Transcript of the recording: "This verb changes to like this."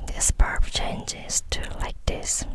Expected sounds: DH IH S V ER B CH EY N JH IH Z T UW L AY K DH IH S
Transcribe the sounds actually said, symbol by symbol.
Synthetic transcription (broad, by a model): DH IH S P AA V CH EY N JH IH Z T UW L AY K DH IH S